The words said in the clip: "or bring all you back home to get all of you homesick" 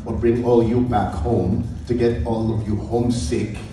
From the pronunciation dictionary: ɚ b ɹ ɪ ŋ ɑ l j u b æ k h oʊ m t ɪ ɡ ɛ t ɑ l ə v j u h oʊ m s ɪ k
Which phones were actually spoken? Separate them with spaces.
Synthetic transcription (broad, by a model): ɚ b ɹ ɪ ŋ ɑ l j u b æ k h oʊ m t ɪ ɡ ɛ t ɑ l ə v j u h oʊ m s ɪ k